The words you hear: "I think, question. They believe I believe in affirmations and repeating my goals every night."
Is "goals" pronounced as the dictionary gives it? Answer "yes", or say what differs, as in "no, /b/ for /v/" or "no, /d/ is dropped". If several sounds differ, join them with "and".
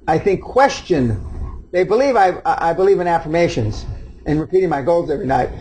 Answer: yes